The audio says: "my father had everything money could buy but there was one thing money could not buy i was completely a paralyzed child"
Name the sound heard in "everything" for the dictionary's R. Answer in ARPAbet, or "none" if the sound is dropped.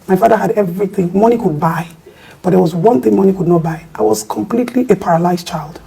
R